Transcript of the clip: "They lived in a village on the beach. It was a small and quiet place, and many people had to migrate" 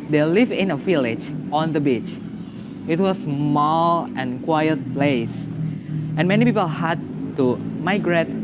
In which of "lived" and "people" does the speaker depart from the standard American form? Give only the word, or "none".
lived